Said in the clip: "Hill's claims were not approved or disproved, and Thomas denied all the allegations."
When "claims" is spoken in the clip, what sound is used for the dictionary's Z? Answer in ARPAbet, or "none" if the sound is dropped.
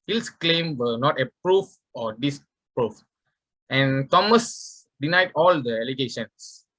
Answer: none